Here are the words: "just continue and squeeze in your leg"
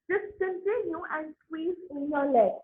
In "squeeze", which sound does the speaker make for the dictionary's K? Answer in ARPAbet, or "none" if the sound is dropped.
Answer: none